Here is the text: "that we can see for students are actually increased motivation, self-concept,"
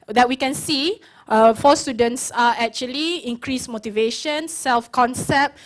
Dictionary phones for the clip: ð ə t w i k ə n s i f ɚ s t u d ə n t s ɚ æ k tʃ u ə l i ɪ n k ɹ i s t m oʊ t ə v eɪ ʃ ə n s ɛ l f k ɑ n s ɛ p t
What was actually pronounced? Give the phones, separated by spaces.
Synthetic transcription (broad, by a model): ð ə t w i k ə n s i f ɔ s t u d ə n t s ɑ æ k tʃ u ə l i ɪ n k ɹ i s m oʊ t ə v eɪ ʃ ə n s ɛ l f k ɑ n s ɛ p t